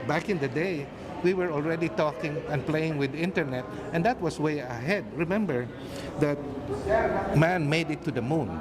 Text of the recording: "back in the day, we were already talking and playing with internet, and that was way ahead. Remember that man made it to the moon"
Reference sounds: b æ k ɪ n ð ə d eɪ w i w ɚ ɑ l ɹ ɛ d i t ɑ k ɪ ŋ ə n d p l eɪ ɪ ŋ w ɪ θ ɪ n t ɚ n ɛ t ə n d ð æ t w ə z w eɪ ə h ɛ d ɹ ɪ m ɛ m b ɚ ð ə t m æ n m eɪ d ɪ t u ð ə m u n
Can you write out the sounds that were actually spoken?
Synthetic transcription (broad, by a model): b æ k ɪ n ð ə d eɪ w i w ɚ ɑ l ɹ ɛ d i t ɑ k ɪ ŋ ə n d p l eɪ ɪ ŋ w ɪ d ɪ n t ɚ n ɛ t ə n d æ t w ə s w eɪ ə h ɛ d ɹ ɪ m ɛ m b ɚ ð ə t m æ n m eɪ d ɪ t u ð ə m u n